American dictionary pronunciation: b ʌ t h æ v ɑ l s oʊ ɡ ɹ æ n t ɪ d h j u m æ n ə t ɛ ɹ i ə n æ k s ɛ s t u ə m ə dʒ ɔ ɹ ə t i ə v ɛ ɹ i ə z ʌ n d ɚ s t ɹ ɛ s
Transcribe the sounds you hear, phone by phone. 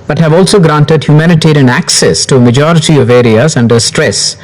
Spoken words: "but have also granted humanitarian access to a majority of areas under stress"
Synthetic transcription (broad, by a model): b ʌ t h æ v ɑ l s oʊ ɡ ɹ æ n t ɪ d h j u m æ n ə t ɛ ɹ i ə n æ k s ɛ s t u ə m ə dʒ ɔ ɹ ə t i ə v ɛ ɹ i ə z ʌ n d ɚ s t ɹ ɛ s